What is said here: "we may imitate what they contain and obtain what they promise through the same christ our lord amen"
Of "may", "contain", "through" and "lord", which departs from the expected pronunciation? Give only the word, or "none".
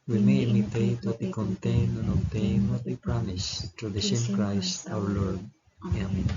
through